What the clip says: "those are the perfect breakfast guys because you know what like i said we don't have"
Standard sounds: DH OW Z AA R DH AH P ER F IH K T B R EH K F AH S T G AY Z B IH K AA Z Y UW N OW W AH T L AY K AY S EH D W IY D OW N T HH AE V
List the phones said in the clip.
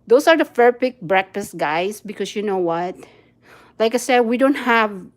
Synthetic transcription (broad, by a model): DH OW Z AA R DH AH F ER P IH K B R EH K F AH S T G AY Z B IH K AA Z Y UW N OW W AH T L AY K AY S EH D W IY D OW N T HH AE V